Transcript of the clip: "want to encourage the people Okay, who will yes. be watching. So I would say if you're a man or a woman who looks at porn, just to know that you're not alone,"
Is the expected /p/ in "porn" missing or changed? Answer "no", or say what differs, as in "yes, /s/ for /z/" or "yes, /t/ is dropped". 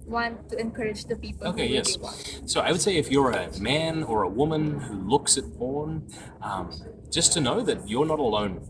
yes, /b/ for /p/